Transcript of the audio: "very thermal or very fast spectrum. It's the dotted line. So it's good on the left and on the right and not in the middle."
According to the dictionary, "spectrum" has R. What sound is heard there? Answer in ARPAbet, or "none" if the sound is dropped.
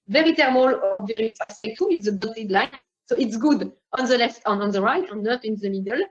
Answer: none